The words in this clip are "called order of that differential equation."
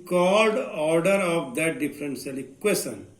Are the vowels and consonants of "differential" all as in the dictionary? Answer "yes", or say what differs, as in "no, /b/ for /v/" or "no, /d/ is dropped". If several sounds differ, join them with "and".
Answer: no, /s/ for /ʃ/